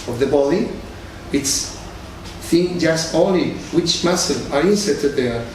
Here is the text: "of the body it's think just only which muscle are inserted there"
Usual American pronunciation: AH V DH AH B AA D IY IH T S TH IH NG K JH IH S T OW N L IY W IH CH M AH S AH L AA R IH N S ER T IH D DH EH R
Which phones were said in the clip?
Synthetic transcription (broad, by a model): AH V DH AH B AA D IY IH T S TH IH NG K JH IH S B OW L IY W IH CH M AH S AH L AA R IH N S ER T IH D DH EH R